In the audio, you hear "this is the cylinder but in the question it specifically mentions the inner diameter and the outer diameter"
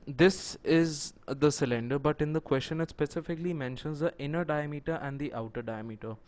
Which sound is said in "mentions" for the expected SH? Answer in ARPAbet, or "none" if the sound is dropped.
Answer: SH